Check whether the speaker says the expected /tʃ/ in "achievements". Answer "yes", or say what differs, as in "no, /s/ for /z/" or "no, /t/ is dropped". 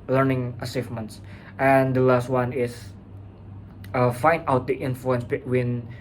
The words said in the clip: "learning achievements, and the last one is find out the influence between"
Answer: no, /s/ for /tʃ/